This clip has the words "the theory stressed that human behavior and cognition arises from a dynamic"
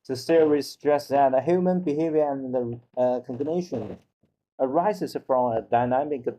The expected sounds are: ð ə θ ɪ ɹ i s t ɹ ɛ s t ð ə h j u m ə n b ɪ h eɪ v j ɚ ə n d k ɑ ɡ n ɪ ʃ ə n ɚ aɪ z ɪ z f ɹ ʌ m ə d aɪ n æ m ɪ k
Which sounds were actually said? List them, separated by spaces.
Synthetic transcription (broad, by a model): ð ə s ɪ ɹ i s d ɹ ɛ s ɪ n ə h j u m ə n b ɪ h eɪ v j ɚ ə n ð k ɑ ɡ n ɪ ʃ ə n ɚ aɪ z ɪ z f ɹ ʌ m ə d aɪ n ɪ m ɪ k